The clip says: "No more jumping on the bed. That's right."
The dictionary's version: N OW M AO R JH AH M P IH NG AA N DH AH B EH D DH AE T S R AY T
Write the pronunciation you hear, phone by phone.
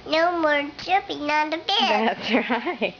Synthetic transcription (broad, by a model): N OW M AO R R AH P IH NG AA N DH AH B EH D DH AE T S R AY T